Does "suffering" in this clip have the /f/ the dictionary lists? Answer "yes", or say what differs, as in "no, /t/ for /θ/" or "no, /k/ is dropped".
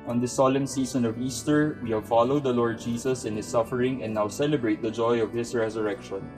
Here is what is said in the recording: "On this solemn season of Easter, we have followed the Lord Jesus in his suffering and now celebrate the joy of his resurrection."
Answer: yes